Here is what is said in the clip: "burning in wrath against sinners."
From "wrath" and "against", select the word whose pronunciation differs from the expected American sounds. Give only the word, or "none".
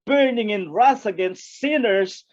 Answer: wrath